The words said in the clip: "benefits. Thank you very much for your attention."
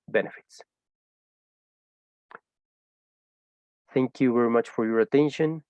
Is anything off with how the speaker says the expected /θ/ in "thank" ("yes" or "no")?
no